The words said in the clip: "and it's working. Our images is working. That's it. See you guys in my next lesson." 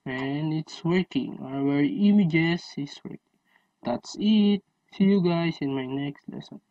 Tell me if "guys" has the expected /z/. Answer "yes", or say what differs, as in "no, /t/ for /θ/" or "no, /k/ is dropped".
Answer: no, /s/ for /z/